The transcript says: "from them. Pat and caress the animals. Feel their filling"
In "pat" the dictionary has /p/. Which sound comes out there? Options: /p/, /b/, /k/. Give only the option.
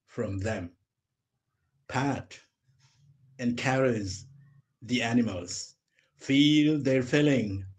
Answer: /p/